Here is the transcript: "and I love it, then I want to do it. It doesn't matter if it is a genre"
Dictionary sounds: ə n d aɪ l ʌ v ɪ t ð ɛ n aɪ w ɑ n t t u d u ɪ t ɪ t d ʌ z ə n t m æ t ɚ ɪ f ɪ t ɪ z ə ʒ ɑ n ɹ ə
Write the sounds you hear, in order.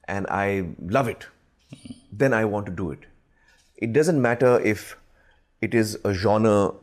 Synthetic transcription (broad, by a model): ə n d aɪ l ʌ v ɪ t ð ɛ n aɪ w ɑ n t t u d u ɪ t ɪ t d ʌ z ə n t m æ t ɚ ɪ f ɪ t ɪ z ə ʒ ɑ n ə